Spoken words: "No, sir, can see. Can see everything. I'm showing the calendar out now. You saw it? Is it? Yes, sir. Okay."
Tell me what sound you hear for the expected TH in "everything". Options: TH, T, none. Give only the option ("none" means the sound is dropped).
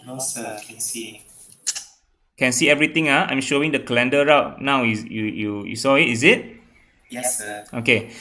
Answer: T